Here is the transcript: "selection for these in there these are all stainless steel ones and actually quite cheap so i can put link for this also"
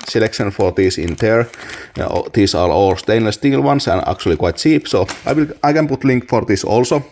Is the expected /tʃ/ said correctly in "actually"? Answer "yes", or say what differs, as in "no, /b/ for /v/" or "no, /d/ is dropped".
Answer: yes